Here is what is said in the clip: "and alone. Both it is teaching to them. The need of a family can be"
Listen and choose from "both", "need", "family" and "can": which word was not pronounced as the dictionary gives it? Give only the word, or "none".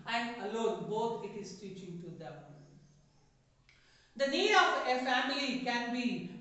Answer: both